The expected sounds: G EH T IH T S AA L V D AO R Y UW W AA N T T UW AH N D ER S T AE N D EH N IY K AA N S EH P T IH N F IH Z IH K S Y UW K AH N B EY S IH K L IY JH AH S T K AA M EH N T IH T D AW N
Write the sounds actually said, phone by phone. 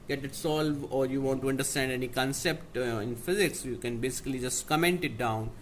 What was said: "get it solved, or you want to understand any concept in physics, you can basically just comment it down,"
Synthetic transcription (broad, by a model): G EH T IH T S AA L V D AO R Y UW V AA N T T UW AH N D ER S T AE N D EH N IY K AA N S EH P T IH N F IH Z IH K S Y UW K AH N B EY S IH K L IY JH AH S T K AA M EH N T IH T D AW N